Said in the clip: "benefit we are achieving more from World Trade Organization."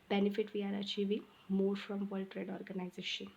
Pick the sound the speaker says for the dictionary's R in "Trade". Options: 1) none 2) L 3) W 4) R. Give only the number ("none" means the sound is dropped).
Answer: 4